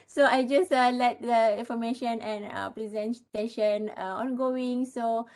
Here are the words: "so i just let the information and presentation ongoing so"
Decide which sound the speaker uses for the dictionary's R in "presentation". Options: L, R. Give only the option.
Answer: L